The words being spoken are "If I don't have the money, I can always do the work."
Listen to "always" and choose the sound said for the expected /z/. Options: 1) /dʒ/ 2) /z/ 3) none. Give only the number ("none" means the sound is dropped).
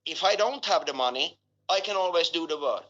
2